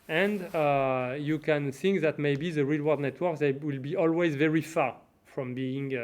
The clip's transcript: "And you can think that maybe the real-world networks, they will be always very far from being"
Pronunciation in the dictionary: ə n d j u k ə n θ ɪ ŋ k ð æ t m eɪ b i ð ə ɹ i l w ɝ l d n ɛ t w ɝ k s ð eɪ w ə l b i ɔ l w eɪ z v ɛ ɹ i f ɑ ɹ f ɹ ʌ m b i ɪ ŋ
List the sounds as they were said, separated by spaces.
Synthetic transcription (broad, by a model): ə n d j u k ə n θ ɪ ŋ k ð æ t m eɪ b i ð ə ɹ i l w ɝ d n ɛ t w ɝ k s ð eɪ w ə l b i ɔ l w eɪ z v ɛ ɹ i f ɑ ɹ f ɹ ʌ m b i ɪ ŋ